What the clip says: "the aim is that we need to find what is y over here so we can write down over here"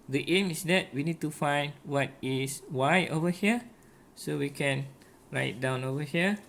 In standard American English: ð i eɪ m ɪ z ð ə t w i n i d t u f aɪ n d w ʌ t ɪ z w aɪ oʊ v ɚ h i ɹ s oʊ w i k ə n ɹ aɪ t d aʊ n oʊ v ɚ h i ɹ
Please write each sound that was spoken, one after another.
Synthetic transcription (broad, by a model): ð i eɪ m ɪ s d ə t w i n i d t u f aɪ n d w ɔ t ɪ s w aɪ oʊ v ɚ h i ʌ s oʊ w i k ə n ɹ aɪ t d aʊ n oʊ v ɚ h i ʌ